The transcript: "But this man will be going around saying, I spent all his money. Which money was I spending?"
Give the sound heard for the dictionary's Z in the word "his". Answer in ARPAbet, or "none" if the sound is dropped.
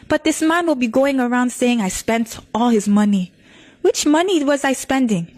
Z